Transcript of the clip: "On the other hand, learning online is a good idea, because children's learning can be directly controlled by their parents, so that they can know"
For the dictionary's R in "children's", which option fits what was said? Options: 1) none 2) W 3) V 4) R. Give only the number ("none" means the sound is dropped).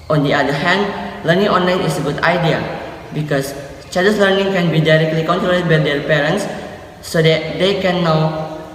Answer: 1